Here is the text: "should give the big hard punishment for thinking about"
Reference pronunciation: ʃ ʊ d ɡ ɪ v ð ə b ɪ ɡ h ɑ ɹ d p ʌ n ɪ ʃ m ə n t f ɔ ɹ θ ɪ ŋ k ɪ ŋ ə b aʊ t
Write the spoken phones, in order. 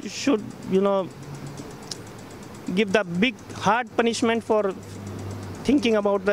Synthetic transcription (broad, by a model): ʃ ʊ d ɡ ɪ v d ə b ɪ ɡ h ɑ ɹ d p ʌ n ɪ ʃ m ə n t f ɔ ɹ t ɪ ŋ k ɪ ŋ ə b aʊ t